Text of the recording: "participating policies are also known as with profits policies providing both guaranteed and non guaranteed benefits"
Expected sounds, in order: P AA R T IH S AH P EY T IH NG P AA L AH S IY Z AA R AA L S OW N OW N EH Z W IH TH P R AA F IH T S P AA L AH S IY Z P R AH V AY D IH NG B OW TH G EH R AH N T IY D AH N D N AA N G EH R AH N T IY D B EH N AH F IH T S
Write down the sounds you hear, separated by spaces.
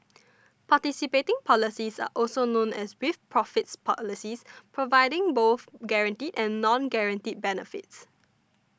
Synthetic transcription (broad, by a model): P AA T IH S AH P EY T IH NG P AA L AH S IY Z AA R AA L S OW N OW N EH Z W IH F P R AA F IH T S P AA L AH S IY S P R AH V AY D IH NG B OW TH G EH R AH N T IY D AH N N AA N G EH R AH N T IY D B EH N AH F IH T S